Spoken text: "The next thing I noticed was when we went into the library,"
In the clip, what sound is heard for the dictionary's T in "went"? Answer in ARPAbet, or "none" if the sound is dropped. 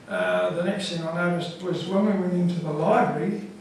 none